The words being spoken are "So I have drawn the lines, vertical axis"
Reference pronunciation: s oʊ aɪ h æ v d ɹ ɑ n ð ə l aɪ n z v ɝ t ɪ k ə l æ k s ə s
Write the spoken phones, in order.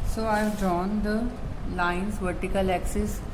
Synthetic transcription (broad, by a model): s oʊ aɪ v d ɑ n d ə l aɪ n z v ɝ t ɪ k ə l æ k s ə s